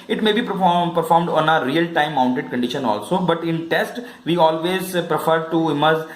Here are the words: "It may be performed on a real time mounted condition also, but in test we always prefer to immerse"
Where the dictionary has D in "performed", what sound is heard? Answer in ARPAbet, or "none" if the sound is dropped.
D